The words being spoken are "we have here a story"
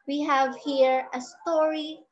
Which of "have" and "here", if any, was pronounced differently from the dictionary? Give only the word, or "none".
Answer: none